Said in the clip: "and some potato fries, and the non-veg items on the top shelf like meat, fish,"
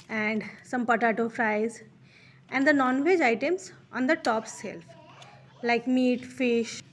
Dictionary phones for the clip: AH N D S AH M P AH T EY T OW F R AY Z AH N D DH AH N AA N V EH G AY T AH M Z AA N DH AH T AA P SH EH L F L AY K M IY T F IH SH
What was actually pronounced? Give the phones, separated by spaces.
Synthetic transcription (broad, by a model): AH N D S AH M P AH T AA T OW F R AY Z AH N D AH N AA N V EH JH AY T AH M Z AA N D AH T AA P S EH L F L AY K M IY T F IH SH